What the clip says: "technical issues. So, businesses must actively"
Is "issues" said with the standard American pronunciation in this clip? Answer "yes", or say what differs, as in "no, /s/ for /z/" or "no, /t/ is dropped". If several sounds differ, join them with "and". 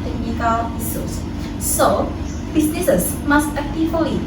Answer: no, /s/ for /ʃ/